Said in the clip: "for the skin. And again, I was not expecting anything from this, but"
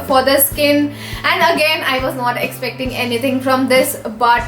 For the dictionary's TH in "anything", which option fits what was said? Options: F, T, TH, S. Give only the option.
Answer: T